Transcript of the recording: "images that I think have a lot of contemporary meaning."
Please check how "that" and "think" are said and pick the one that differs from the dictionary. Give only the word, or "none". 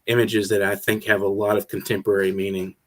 none